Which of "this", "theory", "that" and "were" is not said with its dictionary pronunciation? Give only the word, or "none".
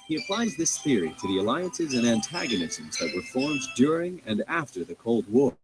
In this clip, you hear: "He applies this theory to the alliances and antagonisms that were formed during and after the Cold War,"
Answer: none